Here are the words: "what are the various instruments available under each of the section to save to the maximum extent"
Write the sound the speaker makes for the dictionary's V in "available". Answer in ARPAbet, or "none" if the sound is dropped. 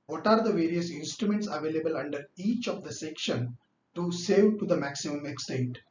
V